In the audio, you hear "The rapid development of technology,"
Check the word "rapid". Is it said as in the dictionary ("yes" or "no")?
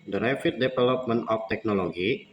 no